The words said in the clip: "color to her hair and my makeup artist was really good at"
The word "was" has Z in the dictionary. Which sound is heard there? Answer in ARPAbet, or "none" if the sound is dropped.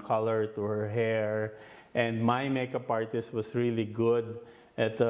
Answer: S